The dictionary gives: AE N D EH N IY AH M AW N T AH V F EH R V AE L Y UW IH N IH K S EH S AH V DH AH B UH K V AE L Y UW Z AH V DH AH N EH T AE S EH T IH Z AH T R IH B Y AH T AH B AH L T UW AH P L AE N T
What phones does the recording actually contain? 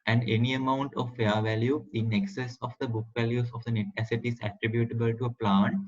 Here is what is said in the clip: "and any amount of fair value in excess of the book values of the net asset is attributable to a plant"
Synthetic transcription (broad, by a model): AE N D EH N IY AH M AW N T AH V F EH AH V AE L Y UW IH N IH K S EH S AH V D AH B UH K V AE L Y UW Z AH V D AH N EH T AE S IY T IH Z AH T R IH B Y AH T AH B AH L T UW AH P L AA N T